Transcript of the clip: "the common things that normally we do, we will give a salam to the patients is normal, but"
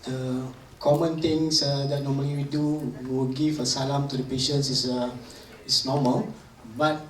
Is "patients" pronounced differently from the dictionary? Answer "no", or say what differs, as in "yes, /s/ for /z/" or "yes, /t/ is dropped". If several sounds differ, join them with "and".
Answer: yes, /s/ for /t/